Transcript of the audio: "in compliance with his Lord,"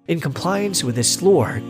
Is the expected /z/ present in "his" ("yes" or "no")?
no